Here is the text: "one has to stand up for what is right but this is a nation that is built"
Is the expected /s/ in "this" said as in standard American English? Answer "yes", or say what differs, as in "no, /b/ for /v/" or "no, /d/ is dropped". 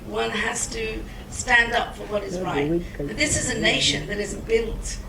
yes